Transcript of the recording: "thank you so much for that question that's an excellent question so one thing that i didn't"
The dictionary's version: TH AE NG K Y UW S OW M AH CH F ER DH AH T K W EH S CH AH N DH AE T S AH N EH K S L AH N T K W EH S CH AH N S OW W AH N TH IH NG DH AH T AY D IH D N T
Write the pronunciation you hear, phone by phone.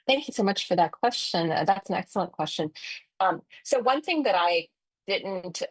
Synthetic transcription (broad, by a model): TH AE NG K Y UW S OW M AH CH F ER DH AH T K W EH S CH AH N DH AE T S N EH K S L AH N K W EH S CH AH N S OW W AH N TH IH NG DH AH T AY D IH D N T